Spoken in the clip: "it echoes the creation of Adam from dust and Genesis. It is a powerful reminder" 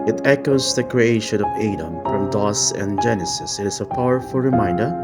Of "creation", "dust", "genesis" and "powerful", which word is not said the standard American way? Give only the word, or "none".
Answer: dust